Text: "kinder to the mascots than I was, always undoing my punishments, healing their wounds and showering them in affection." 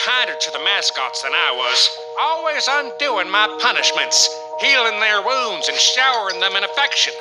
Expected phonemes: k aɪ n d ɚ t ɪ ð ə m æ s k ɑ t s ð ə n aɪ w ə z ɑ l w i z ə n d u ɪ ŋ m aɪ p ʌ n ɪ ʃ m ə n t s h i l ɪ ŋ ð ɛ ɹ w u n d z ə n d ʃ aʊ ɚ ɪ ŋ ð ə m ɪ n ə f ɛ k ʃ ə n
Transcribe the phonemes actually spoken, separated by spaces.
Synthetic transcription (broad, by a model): aɪ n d ɚ t ɪ ð ə m æ s k ɑ t s ð ə n aɪ w ə z ɑ l w i z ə n d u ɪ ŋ m aɪ p ʌ n ɪ ʃ m ə n t s h i l ɪ ŋ ð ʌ ɹ w u n d z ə n ʃ aʊ ɚ ɪ ŋ ð ə m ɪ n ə f ɛ k ʃ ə n